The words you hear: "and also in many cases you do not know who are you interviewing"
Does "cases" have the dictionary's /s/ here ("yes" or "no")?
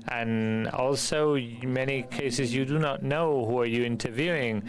yes